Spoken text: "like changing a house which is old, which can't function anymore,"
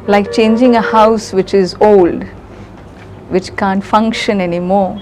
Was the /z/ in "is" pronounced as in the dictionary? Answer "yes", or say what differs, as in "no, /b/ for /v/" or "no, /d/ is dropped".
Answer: yes